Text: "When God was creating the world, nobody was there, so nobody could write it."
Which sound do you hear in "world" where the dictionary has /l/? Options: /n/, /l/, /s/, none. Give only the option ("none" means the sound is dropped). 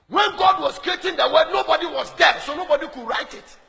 none